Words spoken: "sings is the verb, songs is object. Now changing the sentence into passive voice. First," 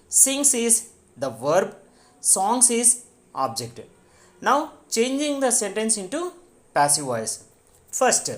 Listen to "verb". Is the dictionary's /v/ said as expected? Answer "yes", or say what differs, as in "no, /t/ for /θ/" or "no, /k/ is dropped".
yes